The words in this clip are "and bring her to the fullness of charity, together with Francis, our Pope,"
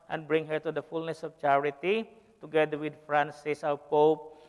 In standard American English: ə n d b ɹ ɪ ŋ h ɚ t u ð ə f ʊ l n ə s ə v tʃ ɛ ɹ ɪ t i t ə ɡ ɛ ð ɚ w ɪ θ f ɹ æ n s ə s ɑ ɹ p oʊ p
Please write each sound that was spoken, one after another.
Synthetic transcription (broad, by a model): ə n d b ɹ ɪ ŋ h ɚ t u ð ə f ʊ l n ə s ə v tʃ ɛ ɹ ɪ t i t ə ɡ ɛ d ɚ w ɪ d f ɹ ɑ n s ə s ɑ l p oʊ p